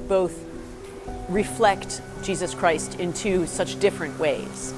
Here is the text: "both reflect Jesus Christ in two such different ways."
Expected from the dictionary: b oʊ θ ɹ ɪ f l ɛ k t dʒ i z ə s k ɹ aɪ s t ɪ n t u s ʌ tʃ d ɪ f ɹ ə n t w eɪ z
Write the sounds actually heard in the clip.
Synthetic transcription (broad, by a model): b oʊ θ ɹ ɪ f l ɛ k t dʒ i z ə s k ɹ aɪ s t ɪ n t u s ʌ tʃ d ɪ f ɹ ə n t w eɪ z